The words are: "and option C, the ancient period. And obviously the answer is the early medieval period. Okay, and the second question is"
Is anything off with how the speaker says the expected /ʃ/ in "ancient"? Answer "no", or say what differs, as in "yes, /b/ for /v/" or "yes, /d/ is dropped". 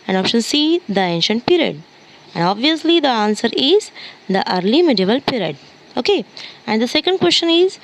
no